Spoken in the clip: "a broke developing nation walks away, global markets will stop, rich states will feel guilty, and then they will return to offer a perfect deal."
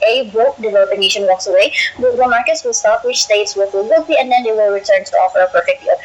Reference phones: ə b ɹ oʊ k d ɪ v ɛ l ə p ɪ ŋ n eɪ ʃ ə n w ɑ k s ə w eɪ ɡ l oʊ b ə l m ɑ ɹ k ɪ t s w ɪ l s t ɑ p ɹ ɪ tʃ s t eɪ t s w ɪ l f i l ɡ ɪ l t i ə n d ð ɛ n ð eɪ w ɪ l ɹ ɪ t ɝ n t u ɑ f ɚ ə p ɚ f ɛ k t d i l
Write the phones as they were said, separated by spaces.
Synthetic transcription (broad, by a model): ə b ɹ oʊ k d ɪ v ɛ l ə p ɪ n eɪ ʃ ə n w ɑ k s ə w eɪ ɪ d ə m ɑ ɹ k ɪ t s w ɪ l s t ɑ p w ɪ tʃ s t eɪ t s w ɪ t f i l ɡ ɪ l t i ə n d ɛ n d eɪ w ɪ l ɹ ɪ t ɝ n t u ɑ f ɚ ə p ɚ f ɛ k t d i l